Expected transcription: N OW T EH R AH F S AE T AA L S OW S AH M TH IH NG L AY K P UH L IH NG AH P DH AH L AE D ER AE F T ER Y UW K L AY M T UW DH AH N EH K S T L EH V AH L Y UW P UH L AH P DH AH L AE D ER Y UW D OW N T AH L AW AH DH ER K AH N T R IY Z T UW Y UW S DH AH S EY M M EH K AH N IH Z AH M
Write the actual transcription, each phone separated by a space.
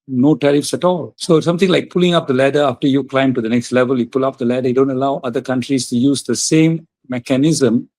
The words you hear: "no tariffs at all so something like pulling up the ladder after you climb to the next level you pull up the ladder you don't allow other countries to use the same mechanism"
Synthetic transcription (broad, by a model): N OW T EH R AH F S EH T AA L S OW S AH M T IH NG L AY K P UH L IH NG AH P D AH L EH D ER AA F T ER Y UW K L AY M T UW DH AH N EH K S T L EH V AH L Y UW P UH L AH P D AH L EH D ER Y D OW N T AH L AW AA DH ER K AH N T R IY S T UW Y UW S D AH S EY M M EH K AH N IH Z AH M